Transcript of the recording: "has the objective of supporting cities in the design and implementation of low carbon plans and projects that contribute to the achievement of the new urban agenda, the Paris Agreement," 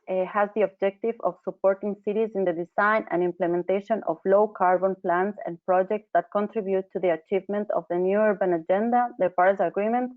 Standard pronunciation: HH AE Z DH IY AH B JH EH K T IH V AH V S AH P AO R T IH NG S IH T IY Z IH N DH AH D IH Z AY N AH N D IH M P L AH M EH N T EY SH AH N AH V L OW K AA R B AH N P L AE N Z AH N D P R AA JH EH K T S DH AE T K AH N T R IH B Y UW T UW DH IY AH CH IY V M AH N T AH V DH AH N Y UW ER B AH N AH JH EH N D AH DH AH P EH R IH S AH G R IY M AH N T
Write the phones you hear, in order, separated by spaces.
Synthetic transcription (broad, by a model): HH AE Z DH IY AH B JH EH K T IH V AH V S AH P AO R T IH NG S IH T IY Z IH N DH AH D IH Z AY N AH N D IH M P L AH M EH N T EY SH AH N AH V L OW K AA R B AH N P L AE N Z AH N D P R AA JH EH K T S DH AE T K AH N T R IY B Y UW T UW DH IY AH CH IY V M AH N T AH V DH AH N Y UW ER B AH N AH JH EH N D AH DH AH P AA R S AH G R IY M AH N T